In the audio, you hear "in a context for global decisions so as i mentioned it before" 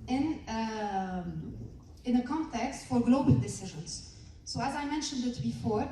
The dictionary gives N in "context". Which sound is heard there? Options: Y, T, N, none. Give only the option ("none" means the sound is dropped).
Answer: N